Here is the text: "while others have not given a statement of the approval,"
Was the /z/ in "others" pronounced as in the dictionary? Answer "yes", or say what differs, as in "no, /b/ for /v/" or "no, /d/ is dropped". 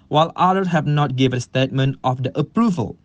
no, /z/ is dropped